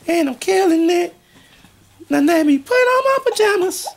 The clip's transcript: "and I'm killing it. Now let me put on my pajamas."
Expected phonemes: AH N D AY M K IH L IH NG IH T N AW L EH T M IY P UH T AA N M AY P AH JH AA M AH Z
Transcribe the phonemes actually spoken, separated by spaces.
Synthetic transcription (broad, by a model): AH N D AY M K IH L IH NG IH T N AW N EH M IY P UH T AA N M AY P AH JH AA M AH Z